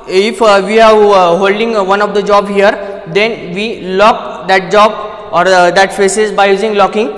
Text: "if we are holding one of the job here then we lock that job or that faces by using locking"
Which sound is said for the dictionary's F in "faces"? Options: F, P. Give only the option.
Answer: P